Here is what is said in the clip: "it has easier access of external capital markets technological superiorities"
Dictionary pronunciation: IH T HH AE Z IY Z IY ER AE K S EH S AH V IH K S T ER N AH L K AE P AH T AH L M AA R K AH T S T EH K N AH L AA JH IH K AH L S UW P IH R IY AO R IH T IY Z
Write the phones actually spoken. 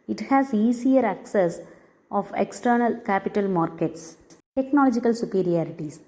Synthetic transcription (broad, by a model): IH T HH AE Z IY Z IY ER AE K S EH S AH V IH K S T ER N AH L K AE P AH T AH L M AA R K AH T S T EH K N AH L AA JH IH K AH L S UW P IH R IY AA R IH T IY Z